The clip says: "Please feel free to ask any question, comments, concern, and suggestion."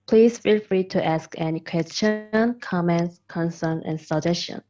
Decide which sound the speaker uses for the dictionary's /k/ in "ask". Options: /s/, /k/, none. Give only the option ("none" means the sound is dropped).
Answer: /k/